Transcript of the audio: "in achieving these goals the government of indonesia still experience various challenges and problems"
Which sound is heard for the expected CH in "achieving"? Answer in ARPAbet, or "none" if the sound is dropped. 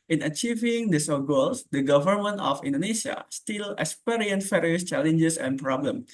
CH